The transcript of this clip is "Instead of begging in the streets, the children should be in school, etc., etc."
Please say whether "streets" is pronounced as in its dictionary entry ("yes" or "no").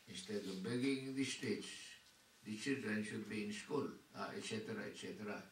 no